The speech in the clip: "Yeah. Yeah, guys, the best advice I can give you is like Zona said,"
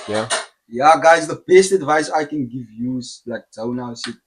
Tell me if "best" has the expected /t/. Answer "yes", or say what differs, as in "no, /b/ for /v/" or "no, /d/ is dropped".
yes